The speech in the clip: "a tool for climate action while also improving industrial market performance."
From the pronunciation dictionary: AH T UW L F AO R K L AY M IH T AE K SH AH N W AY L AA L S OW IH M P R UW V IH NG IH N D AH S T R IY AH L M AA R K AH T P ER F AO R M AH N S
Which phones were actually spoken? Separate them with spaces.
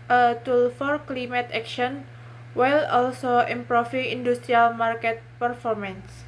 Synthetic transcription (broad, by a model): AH T UW L F AO R K L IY M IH T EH K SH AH N W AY L AA L S OW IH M P R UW F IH NG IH N D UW S T R IY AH L M AA R K AH T P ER F AO R M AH N S